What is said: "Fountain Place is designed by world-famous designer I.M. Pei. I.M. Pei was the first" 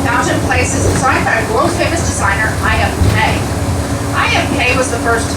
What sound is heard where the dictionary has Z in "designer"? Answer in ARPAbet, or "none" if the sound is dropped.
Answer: Z